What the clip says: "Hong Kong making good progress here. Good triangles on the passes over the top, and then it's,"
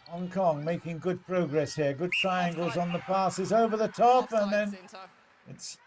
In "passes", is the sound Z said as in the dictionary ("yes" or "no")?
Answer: yes